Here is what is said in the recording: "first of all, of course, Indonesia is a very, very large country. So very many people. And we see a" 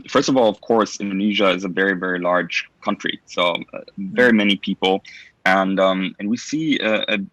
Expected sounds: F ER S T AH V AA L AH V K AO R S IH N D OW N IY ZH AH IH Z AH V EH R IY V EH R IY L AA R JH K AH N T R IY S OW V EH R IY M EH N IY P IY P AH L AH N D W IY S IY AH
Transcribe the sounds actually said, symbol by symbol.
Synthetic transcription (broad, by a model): F ER S T AH V AA L AH V K AO R S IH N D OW N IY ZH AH IH Z AH V EH R IY V EH R IY L AA R JH K AH N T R IY S OW V EH R IY M EH N IY P IY P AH N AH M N W IY S IY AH